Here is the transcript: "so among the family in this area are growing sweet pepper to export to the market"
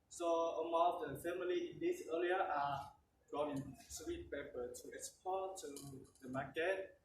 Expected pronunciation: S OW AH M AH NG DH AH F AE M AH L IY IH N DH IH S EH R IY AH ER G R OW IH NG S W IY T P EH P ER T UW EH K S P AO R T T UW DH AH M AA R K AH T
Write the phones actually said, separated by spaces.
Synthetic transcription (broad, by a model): S OW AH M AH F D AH F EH M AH L IY IH N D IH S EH L IY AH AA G OW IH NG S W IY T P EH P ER T UW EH K S P AO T T UW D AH M AA K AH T